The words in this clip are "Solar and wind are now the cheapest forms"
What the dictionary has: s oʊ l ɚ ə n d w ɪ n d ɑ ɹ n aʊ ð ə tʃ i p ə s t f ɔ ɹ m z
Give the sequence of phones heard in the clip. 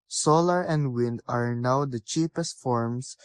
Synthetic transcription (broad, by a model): s oʊ l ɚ ə n d w ɪ n d ɑ ɹ n aʊ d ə tʃ i p ə s t f ɔ ɹ m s